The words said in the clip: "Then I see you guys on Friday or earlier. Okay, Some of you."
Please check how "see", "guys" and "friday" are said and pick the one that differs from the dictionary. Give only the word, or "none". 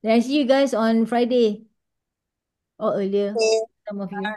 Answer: guys